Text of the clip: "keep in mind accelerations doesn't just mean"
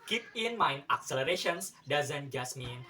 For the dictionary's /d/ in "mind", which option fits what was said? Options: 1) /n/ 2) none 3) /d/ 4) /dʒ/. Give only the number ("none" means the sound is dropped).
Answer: 2